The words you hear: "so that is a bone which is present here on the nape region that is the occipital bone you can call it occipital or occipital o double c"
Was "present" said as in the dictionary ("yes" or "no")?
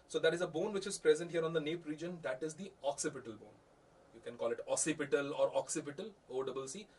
yes